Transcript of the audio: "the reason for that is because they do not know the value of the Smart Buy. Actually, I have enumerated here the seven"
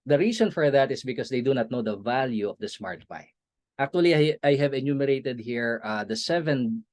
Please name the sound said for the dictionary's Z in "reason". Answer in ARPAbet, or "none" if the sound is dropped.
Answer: S